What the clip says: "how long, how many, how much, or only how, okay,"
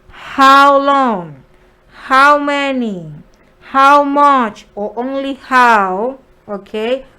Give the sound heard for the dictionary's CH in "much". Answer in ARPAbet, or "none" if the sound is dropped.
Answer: CH